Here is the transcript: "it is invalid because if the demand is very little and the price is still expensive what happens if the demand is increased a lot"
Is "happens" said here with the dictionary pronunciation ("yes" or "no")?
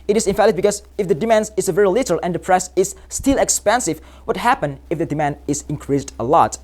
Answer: no